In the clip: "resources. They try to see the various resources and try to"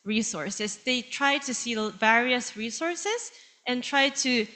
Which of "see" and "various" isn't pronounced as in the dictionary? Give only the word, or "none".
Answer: none